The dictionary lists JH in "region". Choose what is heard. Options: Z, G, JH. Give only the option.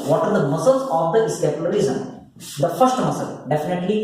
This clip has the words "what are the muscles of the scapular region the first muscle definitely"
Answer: Z